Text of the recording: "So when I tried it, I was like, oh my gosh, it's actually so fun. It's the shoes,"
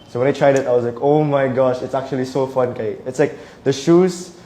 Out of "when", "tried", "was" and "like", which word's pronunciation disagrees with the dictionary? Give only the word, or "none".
was